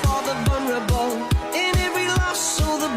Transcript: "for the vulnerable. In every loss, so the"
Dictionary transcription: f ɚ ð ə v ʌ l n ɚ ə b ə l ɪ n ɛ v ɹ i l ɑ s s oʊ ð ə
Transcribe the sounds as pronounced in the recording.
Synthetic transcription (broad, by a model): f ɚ ð ə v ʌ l n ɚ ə b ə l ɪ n ɛ v ɹ i l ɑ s s oʊ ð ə